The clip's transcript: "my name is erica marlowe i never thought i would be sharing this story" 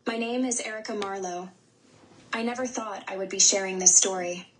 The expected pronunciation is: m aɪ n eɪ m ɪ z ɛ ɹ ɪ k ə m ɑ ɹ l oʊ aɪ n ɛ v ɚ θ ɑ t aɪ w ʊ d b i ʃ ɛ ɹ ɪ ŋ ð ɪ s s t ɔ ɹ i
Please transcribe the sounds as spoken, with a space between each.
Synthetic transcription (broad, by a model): m aɪ n eɪ m ɪ z ɛ ɹ ɪ k ə m ɑ ɹ l oʊ aɪ n ɛ v ɚ θ ɑ t aɪ w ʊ d b i ʃ ɛ ɹ ɪ ŋ ð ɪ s s t ɔ ɹ i